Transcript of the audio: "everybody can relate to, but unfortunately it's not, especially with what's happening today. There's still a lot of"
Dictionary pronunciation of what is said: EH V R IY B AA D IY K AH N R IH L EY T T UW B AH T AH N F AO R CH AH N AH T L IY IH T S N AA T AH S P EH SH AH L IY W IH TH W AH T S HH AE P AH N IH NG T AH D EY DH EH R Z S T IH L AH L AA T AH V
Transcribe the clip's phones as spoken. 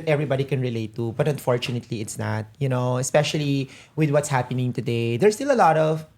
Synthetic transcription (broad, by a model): EH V R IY B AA D IY K AH N R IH L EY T T UW B AH T AH N F AO R CH AH N AH T L IY IH T S N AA T AH S P EH SH AH L IY W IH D W AH T S HH AE P AH N IH NG T AH D EY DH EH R S T IH L AH L AA T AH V